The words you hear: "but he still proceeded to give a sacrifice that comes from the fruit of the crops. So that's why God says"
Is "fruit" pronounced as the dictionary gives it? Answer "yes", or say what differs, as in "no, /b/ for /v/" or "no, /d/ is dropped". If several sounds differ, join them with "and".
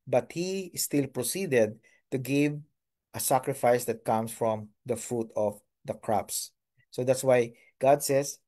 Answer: yes